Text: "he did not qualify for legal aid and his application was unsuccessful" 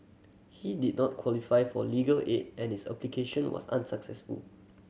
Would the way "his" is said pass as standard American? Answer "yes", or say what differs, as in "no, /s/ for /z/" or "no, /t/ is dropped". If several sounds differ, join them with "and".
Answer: no, /s/ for /z/